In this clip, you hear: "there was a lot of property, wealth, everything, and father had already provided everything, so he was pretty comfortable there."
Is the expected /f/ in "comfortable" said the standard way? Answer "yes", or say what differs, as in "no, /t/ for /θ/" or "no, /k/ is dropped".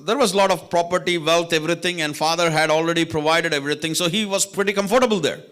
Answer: yes